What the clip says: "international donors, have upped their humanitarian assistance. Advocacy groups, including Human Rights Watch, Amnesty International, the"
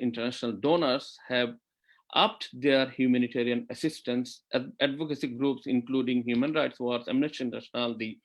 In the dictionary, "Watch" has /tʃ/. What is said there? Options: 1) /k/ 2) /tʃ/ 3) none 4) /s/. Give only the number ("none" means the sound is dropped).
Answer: 4